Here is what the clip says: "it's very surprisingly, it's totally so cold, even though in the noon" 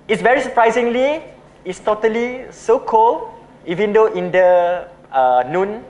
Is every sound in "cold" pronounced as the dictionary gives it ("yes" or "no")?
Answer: no